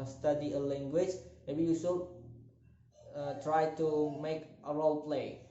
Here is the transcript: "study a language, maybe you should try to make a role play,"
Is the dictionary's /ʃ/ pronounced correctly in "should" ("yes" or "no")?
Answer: no